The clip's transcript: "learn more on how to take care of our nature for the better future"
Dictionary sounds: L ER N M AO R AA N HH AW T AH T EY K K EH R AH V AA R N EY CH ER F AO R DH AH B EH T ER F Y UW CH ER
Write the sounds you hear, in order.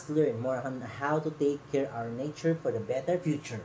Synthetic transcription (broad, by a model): L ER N M AO R AA N HH AW T AH T EY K K EH R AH W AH R N EY CH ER F AO R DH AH B EH T ER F Y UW CH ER